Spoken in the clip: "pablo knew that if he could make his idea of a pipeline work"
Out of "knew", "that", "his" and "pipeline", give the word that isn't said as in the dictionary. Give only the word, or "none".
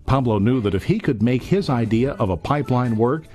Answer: none